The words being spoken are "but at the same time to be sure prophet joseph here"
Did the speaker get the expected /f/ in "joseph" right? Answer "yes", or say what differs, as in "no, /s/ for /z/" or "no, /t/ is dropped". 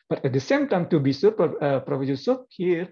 no, /p/ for /f/